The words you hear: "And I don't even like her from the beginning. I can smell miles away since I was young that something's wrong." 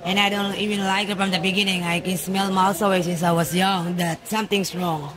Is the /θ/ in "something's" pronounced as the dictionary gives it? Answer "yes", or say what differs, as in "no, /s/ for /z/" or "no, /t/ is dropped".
no, /t/ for /θ/